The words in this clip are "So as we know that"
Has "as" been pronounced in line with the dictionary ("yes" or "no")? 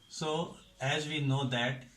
yes